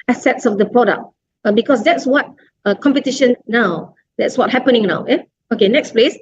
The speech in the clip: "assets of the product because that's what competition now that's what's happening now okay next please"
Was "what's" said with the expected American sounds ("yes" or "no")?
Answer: no